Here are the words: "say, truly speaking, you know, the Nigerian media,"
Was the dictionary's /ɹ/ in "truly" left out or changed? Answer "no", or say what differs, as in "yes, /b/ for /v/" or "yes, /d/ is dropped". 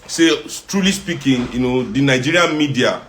no